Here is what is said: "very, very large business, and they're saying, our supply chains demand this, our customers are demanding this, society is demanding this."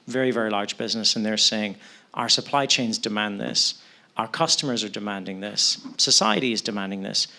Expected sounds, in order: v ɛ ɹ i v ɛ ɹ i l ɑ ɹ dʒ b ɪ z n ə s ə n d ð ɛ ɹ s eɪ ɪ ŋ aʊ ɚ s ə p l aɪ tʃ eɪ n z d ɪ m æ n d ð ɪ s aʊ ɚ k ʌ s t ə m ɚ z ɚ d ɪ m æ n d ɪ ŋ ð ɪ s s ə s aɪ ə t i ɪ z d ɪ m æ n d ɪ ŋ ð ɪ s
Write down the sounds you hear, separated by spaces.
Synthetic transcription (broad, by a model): v ɛ ɹ i v ɛ ɹ i l ɑ ɹ dʒ b ɪ z n ə s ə n ð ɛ ɹ s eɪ ɪ ŋ aʊ ɚ s ə p l aɪ tʃ eɪ n z d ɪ m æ n ð ɪ s aʊ ɚ k ʌ s t ə m ɚ z ɚ d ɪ m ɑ n d ɪ ŋ ð ɪ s s ə s aɪ ə t i ɪ z d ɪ m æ n d ɪ ŋ ð ɪ s